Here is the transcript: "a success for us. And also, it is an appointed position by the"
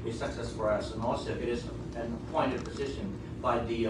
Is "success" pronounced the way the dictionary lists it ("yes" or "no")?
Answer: yes